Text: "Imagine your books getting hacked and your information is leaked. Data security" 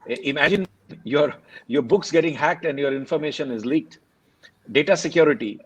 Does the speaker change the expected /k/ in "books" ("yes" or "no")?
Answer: no